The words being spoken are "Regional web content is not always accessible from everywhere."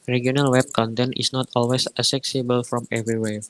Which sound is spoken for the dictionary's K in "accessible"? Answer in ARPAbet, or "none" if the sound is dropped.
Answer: none